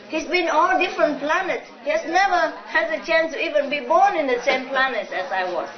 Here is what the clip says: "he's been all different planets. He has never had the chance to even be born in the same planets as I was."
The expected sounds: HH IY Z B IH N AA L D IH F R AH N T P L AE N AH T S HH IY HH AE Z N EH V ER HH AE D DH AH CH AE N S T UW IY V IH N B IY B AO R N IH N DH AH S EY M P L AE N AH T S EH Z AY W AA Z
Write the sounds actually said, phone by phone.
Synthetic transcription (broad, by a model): HH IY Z B IH N AA L D IH F R AH N T P L AE N AH T S HH IY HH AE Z N EH V ER HH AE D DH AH CH AE N S T UW IY V IH N B IY B AO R N IH N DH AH S EY M P L AE N AH T S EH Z AY W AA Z